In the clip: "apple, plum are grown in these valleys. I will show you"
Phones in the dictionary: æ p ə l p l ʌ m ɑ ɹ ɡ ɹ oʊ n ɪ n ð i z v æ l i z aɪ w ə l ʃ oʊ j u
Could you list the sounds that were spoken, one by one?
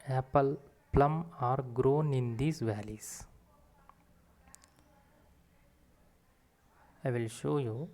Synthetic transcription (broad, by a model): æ p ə l p l ʌ m ɑ ɹ ɡ ɹ oʊ n ɪ n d i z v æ l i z aɪ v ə l ʃ oʊ j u